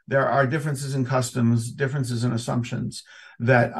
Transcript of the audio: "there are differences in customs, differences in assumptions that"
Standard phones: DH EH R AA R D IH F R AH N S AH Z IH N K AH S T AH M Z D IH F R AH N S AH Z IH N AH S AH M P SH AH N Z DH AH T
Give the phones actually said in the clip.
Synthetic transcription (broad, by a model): DH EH R AA R D IH F R AH N S AH Z IH N K AH S T AH M Z D IH F R AH N S AH Z IH N AH S AH M P SH AH N Z DH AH T